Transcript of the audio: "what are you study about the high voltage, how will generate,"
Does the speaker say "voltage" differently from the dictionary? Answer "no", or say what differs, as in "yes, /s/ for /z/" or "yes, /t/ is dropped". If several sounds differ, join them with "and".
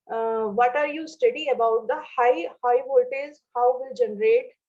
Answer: yes, /z/ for /dʒ/